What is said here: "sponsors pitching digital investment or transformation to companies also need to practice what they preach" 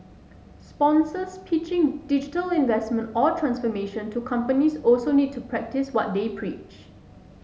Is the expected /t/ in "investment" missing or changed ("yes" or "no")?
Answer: no